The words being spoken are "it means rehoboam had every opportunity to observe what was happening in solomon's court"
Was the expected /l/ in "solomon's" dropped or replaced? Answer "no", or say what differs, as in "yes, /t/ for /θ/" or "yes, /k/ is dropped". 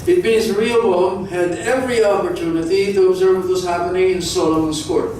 yes, /l/ is dropped